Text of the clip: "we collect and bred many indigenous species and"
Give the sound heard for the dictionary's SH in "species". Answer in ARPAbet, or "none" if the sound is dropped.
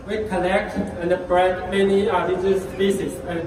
S